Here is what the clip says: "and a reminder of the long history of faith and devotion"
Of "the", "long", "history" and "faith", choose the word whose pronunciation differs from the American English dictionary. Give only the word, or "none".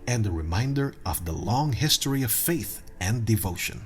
none